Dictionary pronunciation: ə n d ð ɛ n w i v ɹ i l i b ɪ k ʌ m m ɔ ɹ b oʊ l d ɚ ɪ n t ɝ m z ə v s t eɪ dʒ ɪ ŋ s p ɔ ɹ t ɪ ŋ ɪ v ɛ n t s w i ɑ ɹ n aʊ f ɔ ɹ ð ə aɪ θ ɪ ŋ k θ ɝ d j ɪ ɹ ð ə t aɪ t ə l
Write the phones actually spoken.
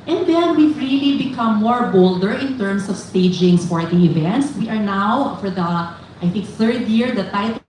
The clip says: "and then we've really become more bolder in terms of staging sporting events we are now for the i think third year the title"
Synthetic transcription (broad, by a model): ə n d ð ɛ n w i v ɹ i l i b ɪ k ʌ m m ɔ ɹ b oʊ l d ɚ ɪ n t ɝ m s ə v s t eɪ dʒ ɪ ŋ s f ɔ ɹ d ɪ ɪ v ɛ n t s w i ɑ ɹ n aʊ f ɔ ɹ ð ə aɪ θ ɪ ŋ k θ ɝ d j ɪ ɹ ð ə t aɪ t